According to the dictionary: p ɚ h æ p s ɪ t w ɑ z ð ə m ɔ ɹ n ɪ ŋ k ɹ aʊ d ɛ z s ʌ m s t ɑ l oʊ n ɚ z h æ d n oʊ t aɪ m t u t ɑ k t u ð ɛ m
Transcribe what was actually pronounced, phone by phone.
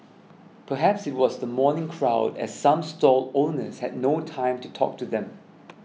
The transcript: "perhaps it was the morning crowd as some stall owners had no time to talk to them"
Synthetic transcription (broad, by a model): p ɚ h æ p s ɪ t w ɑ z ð ə m ɔ n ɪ ŋ k ɹ aʊ d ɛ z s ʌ m s t ɑ l oʊ n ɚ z h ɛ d n oʊ t aɪ m t u t ɑ k t u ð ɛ m